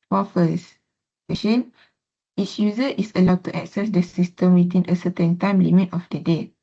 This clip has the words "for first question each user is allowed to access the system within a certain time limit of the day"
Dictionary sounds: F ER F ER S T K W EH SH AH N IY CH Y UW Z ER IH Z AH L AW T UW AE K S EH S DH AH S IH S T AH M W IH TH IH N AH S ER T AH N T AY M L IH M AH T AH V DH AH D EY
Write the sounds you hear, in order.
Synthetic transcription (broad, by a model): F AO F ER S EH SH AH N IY S Y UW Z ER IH S AH L AW T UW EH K S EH S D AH S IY S T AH M W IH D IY N AH S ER T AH N T AY M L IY M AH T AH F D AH D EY